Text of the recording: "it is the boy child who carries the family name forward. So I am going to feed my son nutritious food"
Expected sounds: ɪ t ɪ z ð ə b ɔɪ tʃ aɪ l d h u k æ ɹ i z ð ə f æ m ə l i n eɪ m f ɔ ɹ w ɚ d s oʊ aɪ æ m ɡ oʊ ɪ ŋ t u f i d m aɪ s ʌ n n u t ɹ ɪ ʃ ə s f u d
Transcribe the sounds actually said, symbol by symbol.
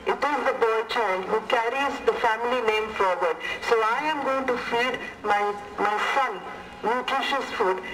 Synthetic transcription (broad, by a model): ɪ t ɪ z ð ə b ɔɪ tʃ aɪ n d h u k æ ɹ i z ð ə f æ m ə l i n eɪ m f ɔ ɹ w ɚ d s oʊ aɪ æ m ɡ oʊ ɪ ŋ t u f i d m aɪ s ʌ n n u t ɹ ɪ ʃ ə s f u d